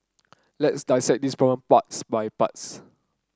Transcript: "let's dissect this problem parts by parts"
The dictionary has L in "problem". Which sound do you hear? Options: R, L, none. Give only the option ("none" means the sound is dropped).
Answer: none